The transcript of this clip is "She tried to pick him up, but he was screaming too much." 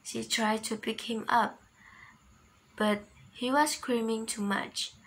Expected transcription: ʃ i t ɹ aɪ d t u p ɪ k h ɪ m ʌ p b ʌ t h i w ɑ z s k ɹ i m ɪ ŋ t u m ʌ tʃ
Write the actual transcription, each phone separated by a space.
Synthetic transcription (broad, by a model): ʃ i t ɹ aɪ d t u p ɪ k h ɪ m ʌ p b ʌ t h i w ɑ s k ɹ i m ɪ ŋ t u m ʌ tʃ